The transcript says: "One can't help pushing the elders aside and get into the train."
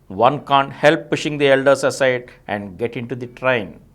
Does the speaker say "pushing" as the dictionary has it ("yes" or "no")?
yes